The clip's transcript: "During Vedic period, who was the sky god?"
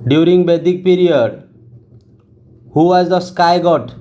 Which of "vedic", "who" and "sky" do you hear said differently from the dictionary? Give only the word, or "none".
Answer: vedic